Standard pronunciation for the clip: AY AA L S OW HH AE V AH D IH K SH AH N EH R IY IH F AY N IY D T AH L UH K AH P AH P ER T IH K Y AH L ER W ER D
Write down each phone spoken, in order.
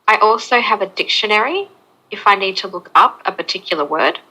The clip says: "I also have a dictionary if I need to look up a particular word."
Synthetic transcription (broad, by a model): AY AA L S OW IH V AH D IH K SH AH N EH R IY IH F AY N IY D T AH L UH K AH P AH P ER T IH K Y L ER W ER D